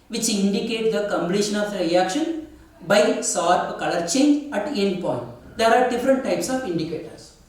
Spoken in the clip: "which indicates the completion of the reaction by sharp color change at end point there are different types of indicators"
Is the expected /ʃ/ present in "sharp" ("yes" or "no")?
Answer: no